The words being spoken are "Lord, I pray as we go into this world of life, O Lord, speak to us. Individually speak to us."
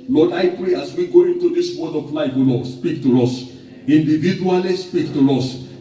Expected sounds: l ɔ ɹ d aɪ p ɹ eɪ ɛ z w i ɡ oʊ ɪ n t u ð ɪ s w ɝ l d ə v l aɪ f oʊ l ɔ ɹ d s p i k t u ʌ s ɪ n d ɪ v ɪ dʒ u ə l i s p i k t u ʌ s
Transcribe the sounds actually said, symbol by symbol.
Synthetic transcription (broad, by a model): l ɔ d aɪ p ɹ eɪ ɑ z w i ɡ oʊ ɪ n t u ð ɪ s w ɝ d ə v l aɪ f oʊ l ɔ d s p i k t u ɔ s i n d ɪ v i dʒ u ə l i s p i k t u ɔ s